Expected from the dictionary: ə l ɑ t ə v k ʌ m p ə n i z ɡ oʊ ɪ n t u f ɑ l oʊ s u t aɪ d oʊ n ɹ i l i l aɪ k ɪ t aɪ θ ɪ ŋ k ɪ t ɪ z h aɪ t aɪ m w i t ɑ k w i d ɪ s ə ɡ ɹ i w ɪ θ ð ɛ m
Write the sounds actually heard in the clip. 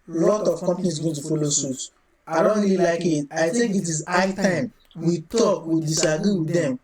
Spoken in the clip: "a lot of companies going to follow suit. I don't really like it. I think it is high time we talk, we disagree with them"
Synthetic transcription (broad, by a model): l ɑ t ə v k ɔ m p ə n i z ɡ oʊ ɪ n t u f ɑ l oʊ s u t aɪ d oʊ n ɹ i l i l aɪ k ɪ t aɪ t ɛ k ɪ t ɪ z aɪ t aɪ m w i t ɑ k w i d ɪ s ə ɡ ɹ i w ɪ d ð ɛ m